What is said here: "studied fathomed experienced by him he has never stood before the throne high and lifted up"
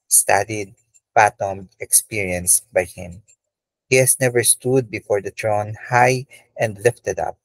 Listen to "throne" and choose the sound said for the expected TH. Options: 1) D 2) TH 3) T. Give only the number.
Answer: 3